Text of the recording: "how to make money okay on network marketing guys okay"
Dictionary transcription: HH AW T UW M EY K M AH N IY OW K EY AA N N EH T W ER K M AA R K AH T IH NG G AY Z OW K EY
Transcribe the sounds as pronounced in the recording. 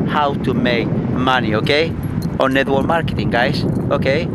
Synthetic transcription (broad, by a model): HH AW T UW M EY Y M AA N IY OW K EY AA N N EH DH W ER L M AA R K AH T IH NG G AY S OW K EY